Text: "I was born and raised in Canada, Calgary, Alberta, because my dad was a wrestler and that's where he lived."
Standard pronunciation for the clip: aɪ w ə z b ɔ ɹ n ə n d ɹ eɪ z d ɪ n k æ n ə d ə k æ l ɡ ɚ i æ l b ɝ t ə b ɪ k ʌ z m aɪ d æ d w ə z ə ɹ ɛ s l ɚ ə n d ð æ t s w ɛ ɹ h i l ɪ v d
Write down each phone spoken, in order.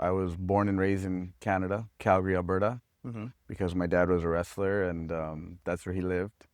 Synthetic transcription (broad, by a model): aɪ w ə z b ɔ ɹ n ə n ɹ eɪ z ɪ n k æ n ə d ə k æ l ɡ ɚ i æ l b ɝ t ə b ɪ k ʌ z m aɪ d æ d w ə z ə ɹ ɛ s l ɚ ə n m ð æ t s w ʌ ɹ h i l ɪ v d